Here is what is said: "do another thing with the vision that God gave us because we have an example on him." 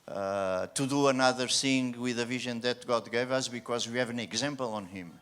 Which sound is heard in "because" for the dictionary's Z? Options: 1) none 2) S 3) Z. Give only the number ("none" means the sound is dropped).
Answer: 3